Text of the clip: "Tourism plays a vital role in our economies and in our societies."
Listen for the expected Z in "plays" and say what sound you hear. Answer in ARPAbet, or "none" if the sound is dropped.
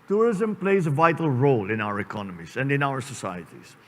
Z